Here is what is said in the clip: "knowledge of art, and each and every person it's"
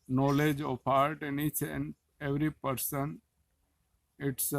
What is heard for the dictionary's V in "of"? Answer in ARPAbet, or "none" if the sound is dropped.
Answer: P